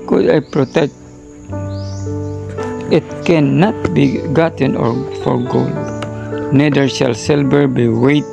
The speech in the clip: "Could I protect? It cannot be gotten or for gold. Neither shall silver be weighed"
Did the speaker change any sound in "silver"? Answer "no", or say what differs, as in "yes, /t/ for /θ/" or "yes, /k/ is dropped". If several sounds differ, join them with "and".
yes, /b/ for /v/